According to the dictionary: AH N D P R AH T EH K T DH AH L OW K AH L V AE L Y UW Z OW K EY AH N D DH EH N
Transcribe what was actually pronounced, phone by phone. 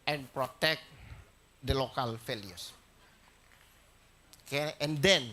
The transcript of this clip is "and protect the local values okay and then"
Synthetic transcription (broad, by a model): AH N P R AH T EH K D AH L OW K AH L F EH L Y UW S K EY AH N D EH N